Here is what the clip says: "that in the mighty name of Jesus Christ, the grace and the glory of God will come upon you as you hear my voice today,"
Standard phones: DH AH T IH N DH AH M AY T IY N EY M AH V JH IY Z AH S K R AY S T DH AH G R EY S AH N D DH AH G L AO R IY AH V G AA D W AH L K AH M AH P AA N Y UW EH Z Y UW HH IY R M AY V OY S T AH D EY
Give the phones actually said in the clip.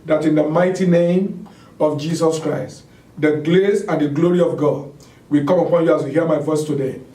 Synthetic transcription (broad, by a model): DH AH T IH N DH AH M AY T IY N EY M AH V JH IY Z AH S K R AY S T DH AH G L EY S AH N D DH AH G L AO R IY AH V G AA D W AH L K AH M AH P AA N Y UW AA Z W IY HH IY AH M AY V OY S T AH D EY